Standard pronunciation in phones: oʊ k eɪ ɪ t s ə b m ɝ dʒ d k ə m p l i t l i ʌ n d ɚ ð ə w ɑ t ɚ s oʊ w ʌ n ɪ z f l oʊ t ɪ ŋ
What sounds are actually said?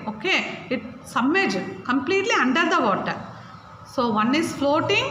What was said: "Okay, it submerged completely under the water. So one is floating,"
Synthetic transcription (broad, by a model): oʊ k eɪ ɪ t s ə m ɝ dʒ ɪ k ə m p l i t l i ʌ n d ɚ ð ə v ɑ t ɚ s oʊ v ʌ n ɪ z f l oʊ t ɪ ŋ